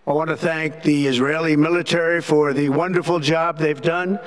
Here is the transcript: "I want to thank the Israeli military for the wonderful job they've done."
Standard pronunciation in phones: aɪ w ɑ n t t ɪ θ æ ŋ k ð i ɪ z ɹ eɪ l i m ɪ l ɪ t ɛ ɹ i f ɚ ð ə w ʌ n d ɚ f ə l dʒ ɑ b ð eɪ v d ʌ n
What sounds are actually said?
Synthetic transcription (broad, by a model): aɪ w ɑ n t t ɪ θ æ ŋ k ð i ɪ z ɹ eɪ l i m ɪ l ɪ t ɛ ɹ i f ɚ ð ə w ʌ n d ɚ f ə l dʒ ɑ b ð eɪ v d ʌ n